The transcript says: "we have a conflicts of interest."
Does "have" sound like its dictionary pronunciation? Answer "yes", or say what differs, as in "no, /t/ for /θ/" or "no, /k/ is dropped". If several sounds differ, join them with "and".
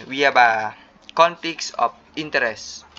no, /b/ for /v/